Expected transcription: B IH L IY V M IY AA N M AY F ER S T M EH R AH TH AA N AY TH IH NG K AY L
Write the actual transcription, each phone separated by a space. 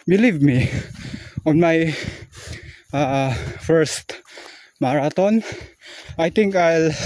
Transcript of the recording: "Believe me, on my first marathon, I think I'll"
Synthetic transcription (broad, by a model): B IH L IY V M IY AA N M AY F ER S T M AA R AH T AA N AY T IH NG K AY L